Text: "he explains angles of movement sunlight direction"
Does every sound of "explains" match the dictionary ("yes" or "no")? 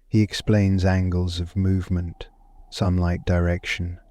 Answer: yes